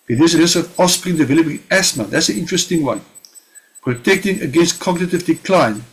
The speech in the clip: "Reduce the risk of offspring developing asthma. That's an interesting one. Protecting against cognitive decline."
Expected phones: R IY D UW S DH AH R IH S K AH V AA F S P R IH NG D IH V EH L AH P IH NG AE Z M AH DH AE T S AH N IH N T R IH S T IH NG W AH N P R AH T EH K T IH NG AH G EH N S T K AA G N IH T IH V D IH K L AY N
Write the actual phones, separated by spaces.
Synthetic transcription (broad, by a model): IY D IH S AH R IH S AH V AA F S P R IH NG D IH V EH L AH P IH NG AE S M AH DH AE T S AH N IH N T R IH S T IH NG W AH N P R AH T EH K T IH NG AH G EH N S T K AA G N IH T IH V D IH K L AY N